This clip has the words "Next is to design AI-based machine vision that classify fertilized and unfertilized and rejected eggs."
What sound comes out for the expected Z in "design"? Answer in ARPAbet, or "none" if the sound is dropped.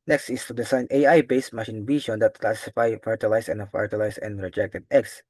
S